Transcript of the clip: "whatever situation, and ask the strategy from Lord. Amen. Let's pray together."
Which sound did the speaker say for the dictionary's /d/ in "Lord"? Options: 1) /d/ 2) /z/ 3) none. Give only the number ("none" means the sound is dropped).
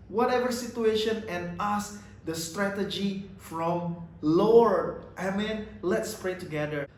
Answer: 3